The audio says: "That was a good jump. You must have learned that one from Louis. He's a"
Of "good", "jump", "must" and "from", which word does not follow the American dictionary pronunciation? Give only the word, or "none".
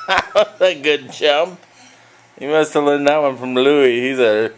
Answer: jump